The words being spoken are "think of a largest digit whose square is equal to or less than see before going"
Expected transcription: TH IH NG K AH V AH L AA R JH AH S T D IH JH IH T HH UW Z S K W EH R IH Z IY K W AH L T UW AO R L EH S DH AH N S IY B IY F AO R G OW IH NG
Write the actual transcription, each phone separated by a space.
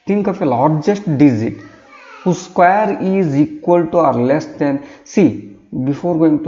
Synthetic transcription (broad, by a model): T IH NG K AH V AH L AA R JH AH S T D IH Z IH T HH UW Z S K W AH R IH Z IY K W AH L T UW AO R L EH S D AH N S IY B IY F AO R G OW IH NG